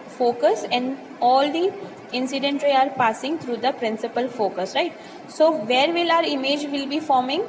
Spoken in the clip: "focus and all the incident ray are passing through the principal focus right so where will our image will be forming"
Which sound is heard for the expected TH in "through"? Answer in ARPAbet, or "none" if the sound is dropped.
T